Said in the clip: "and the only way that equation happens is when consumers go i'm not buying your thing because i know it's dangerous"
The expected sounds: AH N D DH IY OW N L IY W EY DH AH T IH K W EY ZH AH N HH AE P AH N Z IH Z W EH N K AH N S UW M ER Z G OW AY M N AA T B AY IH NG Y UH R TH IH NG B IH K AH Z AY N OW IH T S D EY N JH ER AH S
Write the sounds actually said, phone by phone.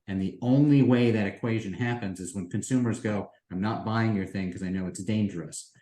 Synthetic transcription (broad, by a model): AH N DH IY OW N L IY W EY DH AH T IH K W EY ZH AH N HH AE P AH N Z IH Z W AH N K AH N S UW M ER Z G OW AY M N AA T B AY IH NG Y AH R TH IH NG K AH Z AY N OW IH T S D EY N JH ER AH S